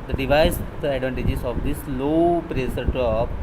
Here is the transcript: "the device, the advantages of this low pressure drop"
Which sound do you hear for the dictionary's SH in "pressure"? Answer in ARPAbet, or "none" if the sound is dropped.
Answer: S